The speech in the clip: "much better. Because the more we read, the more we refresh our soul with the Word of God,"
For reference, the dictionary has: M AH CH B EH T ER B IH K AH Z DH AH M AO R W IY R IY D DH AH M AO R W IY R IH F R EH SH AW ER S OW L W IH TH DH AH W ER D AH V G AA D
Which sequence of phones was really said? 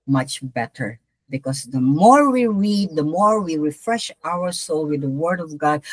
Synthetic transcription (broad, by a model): M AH CH B EH T ER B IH K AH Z DH AH M AO R W IY R IY D DH AH M AO R W IY R IH F R EH SH AW ER S OW L W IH DH AH W ER D AH V G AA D